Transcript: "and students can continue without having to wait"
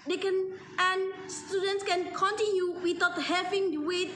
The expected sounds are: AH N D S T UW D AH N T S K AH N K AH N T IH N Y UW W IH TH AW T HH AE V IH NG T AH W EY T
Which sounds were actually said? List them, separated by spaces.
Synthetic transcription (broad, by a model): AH N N S T UW D AH N T S K AH N K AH N T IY N Y UW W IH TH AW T HH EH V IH NG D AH W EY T